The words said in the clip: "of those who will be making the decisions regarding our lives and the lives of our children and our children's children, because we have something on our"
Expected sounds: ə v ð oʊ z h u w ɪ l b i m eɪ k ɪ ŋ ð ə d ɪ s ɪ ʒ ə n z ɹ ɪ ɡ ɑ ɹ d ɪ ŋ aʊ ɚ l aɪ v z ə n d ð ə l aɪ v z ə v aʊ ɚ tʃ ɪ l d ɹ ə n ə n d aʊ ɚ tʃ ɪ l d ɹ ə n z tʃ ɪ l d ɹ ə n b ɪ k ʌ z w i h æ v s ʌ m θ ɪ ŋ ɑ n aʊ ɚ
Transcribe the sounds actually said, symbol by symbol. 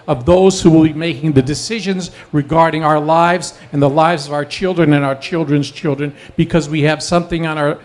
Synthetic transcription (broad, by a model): ə v ð oʊ z h u w ɪ l b i m eɪ k ɪ ŋ ð ə d ɪ s ɪ ʒ ə n z ɹ ɪ ɡ ɑ ɹ d ɪ ŋ aʊ ɚ l aɪ v z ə n ð ə l aɪ v z ə v aʊ ɚ tʃ ɪ l d ɹ ə n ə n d aʊ ɚ tʃ ɪ l d ɹ ə n z tʃ ɪ l d ɹ ə n b ɪ k ʌ z w i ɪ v s ʌ m θ ɪ ŋ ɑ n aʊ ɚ